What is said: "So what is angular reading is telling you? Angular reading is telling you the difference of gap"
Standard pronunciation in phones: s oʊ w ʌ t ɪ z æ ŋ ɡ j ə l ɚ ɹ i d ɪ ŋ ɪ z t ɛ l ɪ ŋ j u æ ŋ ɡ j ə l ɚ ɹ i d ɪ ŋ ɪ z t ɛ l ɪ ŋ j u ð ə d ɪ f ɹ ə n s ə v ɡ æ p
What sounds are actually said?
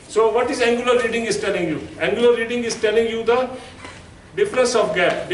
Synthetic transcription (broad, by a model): s oʊ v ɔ t ɪ z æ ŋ ɡ j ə l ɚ ɹ i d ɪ ŋ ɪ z t ɛ l ɪ ŋ j u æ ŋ ɡ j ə l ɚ ɹ i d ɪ ŋ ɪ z t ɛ l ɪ ŋ j u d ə d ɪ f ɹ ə s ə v ɡ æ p